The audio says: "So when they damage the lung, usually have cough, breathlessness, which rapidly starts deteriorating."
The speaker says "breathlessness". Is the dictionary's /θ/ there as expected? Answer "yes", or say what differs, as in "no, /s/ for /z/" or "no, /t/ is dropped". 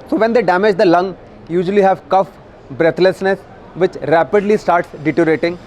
no, /t/ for /θ/